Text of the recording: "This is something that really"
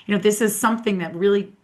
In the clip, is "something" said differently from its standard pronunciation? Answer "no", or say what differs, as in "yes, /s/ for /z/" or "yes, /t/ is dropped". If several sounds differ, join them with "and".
no